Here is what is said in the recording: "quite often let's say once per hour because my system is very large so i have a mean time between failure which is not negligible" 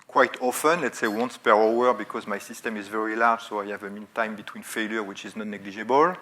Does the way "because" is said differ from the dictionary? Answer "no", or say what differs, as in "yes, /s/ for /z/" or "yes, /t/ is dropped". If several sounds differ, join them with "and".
no